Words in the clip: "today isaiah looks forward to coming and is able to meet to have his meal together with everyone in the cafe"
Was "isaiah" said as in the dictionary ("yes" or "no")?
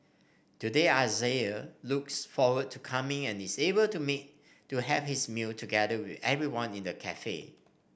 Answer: yes